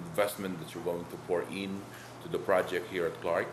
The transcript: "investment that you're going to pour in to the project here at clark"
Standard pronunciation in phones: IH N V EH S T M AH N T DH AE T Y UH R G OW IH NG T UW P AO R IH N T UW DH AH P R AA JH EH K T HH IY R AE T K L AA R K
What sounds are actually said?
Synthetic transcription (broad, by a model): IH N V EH S T M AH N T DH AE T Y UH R G OW IH NG T UW P AO R IH N T UW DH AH P R AA JH EH K T HH IY R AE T K L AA R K